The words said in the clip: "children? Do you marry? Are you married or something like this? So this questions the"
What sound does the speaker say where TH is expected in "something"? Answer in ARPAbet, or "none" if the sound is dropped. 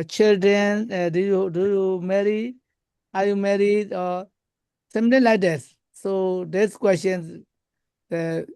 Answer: T